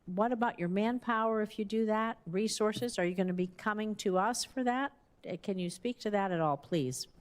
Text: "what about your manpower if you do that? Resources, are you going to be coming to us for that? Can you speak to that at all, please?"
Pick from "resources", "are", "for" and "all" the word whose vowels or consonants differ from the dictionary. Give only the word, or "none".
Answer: none